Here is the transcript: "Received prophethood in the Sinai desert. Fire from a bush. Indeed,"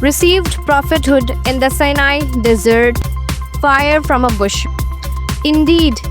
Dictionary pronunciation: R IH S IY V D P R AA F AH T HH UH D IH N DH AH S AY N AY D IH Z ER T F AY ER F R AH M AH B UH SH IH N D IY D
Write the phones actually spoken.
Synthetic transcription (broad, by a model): R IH S IY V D P R AA F AH T HH UH D IH N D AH S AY N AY D IH Z ER T F AY ER F R AH M AH B UH SH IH N D IY D